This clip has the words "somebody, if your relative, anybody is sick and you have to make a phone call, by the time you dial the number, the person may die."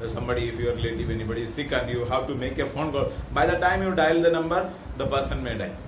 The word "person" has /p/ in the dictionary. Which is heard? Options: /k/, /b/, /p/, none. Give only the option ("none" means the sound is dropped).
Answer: /b/